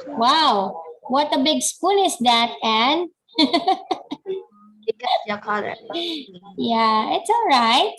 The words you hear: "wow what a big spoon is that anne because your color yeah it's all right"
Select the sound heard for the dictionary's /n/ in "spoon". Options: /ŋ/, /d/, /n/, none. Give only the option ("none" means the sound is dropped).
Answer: /n/